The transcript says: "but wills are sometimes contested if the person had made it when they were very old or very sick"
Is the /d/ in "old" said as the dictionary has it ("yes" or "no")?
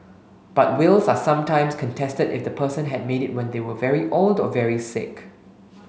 yes